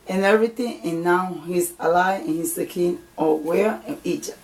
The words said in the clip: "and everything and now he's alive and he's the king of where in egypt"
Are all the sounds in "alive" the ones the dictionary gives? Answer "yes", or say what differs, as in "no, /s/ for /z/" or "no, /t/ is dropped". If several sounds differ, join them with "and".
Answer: no, /v/ is dropped